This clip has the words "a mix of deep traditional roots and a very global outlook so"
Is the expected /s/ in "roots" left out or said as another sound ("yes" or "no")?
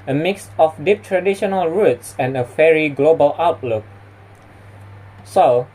no